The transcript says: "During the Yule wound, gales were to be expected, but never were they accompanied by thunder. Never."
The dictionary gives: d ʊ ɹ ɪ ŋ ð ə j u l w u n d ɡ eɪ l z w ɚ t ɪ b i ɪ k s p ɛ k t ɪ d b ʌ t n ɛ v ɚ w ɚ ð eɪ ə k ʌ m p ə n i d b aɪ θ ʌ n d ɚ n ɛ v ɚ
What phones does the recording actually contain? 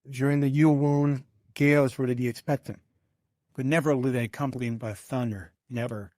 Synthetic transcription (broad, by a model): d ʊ ɹ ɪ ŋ ð ə j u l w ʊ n ɡ eɪ l z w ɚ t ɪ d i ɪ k s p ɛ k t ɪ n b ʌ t n ɛ v ɚ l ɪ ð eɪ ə k ʌ m p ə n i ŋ b aɪ θ ʌ n d ɚ n ɛ v ɚ